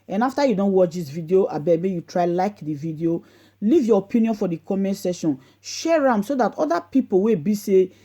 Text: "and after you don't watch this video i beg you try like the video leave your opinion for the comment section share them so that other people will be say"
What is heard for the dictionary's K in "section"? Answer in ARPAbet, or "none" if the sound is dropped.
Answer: none